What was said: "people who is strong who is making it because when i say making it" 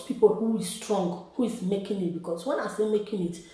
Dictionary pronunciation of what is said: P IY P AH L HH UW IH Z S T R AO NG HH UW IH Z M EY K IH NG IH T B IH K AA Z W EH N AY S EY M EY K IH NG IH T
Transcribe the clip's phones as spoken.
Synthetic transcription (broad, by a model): P IY P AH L HH UW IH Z S T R AO NG HH UW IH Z M EY K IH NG IH T B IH K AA S W EH N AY S EY M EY K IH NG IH T